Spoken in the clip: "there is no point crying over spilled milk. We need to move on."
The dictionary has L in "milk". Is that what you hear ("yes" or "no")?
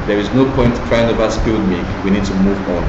no